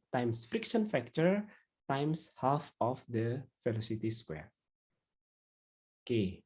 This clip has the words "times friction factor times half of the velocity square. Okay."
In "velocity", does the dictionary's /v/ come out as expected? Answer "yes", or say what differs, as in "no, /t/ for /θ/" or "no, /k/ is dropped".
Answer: no, /f/ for /v/